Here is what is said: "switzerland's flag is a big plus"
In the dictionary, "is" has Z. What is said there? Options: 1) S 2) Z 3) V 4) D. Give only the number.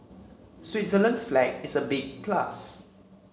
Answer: 1